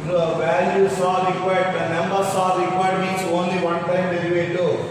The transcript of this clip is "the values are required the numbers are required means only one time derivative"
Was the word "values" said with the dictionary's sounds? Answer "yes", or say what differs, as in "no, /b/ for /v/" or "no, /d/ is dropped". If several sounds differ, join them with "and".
no, /s/ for /z/